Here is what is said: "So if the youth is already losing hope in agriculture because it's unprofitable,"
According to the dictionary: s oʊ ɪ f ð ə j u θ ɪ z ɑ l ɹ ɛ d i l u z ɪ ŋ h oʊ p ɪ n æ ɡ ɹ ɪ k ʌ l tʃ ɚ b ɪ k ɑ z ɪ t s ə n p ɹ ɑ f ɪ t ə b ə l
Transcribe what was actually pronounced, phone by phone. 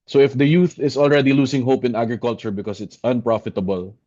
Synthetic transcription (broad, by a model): s oʊ ɪ f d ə j u θ ɪ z ɑ l ɹ ɛ d i l u s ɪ ŋ h oʊ p ɪ n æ ɡ ɹ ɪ k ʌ l tʃ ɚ b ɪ k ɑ s ɪ t s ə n p ɹ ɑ f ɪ t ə b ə l